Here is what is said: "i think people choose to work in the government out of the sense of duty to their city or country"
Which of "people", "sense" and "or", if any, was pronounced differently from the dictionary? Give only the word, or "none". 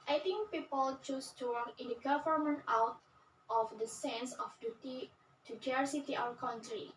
or